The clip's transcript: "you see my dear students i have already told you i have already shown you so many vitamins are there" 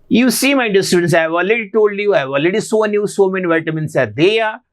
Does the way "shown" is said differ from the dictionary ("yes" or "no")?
yes